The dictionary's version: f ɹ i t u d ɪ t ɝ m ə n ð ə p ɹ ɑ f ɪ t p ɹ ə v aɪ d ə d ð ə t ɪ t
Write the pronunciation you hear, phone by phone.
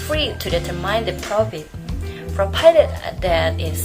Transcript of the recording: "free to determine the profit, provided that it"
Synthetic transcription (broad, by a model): f ɹ i t u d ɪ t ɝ m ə n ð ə p ɹ ɑ f ɪ t f ɹ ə p aɪ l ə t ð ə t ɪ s